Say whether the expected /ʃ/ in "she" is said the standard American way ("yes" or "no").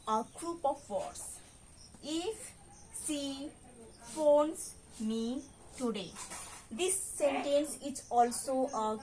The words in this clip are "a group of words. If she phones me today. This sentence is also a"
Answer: no